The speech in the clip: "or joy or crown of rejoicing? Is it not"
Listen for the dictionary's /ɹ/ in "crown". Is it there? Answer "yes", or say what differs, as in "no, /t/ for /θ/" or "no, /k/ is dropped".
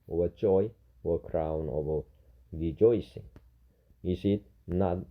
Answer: yes